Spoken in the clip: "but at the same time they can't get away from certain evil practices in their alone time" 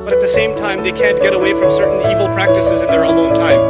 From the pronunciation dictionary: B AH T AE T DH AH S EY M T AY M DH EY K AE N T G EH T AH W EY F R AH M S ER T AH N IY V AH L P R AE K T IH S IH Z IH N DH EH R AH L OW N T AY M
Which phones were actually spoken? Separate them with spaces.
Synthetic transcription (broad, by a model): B AH T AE T DH AH S EY M T AY M DH EY K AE N G EH T AH W EY F R AH M S ER T N IY V L P R AE K T IH S IH Z IH N DH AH R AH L OW N T AY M